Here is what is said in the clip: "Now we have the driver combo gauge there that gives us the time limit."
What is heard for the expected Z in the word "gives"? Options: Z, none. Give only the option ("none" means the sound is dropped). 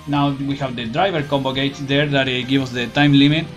none